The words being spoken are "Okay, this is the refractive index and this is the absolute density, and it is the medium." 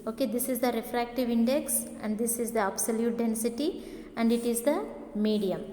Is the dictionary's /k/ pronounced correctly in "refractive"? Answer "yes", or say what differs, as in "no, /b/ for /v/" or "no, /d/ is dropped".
yes